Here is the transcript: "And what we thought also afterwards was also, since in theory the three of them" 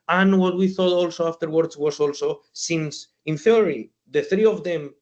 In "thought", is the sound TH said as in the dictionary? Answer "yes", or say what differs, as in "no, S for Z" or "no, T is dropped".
yes